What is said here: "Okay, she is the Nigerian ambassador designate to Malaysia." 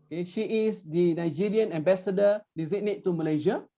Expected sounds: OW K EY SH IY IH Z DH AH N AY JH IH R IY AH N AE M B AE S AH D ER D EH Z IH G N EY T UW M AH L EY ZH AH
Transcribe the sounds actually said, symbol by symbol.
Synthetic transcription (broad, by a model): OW K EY SH IY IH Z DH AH N AY JH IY R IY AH N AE M B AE S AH D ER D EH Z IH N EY T UW M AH L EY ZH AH